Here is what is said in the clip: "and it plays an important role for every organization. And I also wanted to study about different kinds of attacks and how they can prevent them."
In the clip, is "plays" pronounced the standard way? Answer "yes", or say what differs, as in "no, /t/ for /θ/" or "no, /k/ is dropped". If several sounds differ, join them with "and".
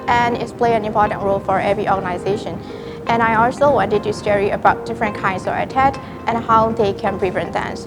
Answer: no, /z/ is dropped